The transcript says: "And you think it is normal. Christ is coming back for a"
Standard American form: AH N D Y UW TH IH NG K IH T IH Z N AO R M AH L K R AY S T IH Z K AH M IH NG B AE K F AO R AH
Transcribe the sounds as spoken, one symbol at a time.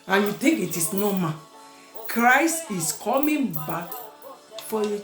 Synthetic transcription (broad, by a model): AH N Y UW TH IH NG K IH T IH S N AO M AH K R AY S T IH S K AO M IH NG B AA K F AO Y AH